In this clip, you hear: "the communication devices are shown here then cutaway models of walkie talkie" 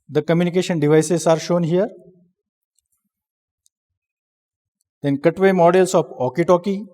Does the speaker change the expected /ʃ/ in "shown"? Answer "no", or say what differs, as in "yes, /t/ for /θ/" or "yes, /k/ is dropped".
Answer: no